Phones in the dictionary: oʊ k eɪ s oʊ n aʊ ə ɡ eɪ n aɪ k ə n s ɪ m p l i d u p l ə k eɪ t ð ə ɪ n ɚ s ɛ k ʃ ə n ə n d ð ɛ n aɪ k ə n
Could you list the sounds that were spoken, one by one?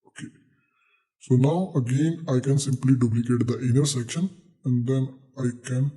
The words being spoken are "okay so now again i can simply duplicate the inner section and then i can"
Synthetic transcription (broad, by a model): oʊ k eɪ s oʊ n aʊ ə ɡ eɪ n aɪ k ə n s ɪ m p l i d u p l ə k eɪ t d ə ɪ n ɚ s ɛ k ʃ ə n ə n d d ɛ n aɪ k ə n